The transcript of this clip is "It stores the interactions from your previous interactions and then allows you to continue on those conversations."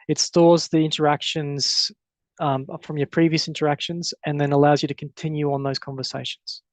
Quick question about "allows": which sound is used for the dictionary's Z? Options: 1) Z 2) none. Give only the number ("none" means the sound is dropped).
1